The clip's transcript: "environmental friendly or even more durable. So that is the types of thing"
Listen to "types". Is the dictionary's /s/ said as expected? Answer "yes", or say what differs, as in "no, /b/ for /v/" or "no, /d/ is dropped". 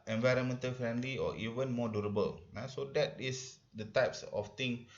yes